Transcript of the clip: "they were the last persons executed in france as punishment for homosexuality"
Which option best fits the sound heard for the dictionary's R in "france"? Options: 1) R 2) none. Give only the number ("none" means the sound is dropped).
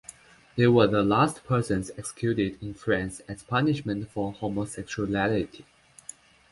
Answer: 1